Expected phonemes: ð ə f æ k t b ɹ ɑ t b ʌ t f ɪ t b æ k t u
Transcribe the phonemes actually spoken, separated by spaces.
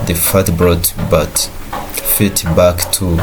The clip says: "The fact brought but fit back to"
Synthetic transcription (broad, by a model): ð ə f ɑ t b ɹ ɑ t b ʌ t f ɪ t b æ k t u